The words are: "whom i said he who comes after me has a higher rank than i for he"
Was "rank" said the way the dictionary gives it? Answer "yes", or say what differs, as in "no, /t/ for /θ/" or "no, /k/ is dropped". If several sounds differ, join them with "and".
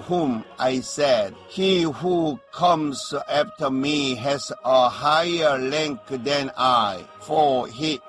no, /l/ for /ɹ/